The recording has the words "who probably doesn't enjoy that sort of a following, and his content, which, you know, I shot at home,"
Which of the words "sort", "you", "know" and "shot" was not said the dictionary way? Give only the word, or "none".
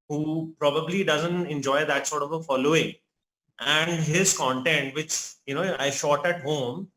none